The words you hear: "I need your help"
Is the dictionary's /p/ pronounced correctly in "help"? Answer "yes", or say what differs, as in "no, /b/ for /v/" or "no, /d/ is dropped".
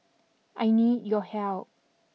no, /p/ is dropped